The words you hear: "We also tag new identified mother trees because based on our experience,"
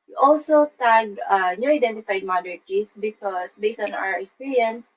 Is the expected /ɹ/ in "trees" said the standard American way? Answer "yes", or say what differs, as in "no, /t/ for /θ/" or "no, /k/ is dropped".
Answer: no, /ɹ/ is dropped